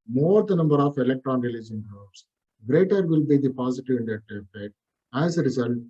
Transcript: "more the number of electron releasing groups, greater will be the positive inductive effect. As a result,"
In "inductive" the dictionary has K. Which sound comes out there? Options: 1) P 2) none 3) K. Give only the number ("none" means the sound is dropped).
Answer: 2